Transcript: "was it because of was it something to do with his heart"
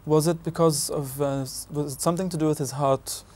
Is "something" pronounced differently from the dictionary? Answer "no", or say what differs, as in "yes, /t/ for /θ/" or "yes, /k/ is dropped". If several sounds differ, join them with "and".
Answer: no